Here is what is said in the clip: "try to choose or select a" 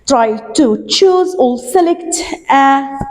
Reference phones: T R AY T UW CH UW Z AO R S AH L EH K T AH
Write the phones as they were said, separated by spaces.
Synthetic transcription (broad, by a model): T R AY T UW CH UW Z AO L S AH L EH K T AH